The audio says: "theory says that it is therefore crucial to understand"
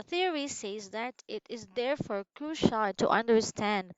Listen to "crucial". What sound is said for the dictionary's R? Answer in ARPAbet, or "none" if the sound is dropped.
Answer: none